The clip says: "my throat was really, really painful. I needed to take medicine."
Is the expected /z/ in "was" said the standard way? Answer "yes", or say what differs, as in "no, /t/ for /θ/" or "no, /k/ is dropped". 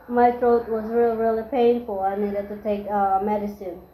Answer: yes